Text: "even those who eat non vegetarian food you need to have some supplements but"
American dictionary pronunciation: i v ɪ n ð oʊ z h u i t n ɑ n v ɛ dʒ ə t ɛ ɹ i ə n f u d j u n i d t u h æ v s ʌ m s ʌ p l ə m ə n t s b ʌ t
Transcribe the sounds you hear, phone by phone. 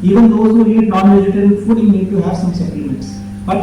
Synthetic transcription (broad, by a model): i v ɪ n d oʊ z h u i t n ɑ n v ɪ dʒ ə t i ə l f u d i n i d t u h æ v s ʌ m s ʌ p ə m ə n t s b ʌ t